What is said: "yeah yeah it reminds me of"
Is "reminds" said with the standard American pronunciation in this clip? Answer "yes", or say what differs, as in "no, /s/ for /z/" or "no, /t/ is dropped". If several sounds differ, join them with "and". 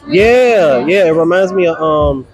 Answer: yes